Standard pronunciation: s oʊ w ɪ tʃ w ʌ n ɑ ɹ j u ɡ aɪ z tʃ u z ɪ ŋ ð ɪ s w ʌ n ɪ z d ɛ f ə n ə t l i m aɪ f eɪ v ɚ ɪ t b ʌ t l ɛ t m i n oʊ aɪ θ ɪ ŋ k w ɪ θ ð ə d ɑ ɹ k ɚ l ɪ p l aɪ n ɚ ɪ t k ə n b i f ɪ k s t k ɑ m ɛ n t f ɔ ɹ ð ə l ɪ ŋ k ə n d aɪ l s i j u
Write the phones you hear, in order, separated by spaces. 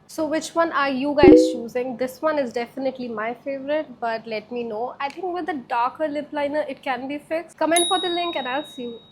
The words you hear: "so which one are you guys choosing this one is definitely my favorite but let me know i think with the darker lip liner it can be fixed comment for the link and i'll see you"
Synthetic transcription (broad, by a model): s oʊ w ɪ tʃ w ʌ n ɑ ɹ j u ɡ aɪ z tʃ u z ɪ ŋ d ɪ s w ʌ n ɪ z d ɛ f ə n ə t l i m aɪ f eɪ v ɚ ɪ t b ʌ t l ɛ t m i n oʊ aɪ t ɪ ŋ k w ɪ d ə d ɑ ɹ k ɚ l ɪ p l aɪ n ɚ ɪ t k ə n b i f ɪ k s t k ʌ m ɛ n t f ɔ ɹ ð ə l ɪ ŋ k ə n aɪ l s i